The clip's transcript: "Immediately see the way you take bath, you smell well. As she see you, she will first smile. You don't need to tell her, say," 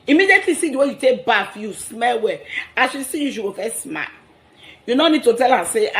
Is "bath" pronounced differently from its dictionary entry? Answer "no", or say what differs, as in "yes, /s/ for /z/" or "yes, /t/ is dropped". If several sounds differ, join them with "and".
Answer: yes, /f/ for /θ/